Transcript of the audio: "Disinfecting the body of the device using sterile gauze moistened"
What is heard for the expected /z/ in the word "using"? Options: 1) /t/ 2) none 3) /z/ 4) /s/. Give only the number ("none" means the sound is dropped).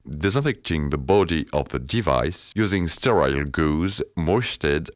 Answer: 3